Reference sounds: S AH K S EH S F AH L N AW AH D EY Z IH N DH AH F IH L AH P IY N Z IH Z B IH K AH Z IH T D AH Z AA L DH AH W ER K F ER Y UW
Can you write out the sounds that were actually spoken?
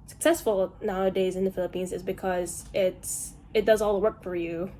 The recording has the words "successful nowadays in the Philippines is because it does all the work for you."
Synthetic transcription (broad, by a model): S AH K S EH S F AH L N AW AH D EY Z IH N DH AH F IH L AH P IY N Z IH Z B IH K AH Z IH T D AH Z AA L W ER K F ER Y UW